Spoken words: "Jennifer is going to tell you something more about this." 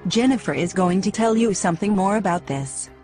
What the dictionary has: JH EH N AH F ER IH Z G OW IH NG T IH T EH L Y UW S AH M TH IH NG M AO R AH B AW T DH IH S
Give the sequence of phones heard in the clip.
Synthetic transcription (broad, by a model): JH EH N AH F ER IH Z G OW IH NG T IH T EH L Y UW S AH M TH IH NG M AO R AH B AW T DH IH S